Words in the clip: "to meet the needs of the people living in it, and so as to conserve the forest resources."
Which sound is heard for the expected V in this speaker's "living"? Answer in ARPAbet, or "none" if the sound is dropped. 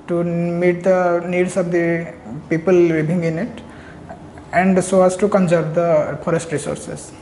B